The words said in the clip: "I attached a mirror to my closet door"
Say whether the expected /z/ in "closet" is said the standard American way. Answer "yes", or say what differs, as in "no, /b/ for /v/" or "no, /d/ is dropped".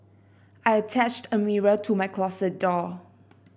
no, /s/ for /z/